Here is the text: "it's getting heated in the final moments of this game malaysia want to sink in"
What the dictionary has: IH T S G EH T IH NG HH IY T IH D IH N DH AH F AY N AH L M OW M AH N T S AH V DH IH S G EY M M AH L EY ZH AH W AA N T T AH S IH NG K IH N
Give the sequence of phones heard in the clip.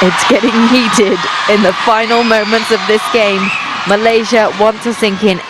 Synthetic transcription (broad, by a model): IH T S G EH T IH NG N IY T IH D IH N DH AH F AY N AH L M OW M AH N T S AH V DH IH S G EY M M AH L EY ZH AH W AA N T S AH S IH NG K IH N